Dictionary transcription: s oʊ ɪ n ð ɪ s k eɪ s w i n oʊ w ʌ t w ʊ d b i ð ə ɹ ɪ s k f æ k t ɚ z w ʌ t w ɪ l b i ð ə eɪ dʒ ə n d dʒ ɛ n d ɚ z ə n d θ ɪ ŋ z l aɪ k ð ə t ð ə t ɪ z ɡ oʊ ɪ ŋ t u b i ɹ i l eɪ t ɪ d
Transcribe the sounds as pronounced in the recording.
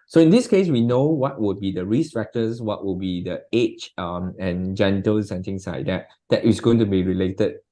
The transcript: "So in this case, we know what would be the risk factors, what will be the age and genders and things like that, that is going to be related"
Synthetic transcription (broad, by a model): s oʊ ɪ n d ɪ s k eɪ s w i n oʊ w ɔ t w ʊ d b i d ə ɹ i s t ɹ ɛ k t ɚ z w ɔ t w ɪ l b i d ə eɪ tʃ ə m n dʒ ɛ n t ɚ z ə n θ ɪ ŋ s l aɪ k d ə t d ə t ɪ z ɡ oʊ ɪ ŋ t u b i ɹ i l eɪ t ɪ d